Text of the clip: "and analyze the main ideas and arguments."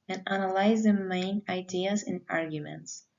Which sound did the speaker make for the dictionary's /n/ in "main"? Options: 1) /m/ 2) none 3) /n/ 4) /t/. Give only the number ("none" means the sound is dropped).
3